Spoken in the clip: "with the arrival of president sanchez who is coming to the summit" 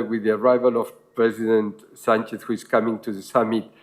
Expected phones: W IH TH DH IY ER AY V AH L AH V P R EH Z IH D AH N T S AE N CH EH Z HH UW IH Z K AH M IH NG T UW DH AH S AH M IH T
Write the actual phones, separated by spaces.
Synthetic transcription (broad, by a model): W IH DH IY ER AY V AH L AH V P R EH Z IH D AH N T S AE N CH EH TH HH UW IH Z K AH M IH NG T UW DH AH S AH M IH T